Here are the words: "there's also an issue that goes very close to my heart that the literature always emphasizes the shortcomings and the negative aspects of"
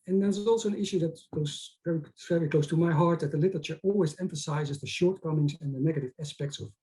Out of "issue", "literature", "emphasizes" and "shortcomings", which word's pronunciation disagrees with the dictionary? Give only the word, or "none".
none